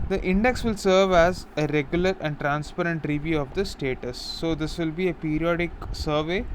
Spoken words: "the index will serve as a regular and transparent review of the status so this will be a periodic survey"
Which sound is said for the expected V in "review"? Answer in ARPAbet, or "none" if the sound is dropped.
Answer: V